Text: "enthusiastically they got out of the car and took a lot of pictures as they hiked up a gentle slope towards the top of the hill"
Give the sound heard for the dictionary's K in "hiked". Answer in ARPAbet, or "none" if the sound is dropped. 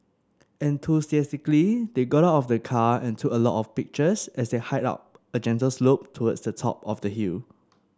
none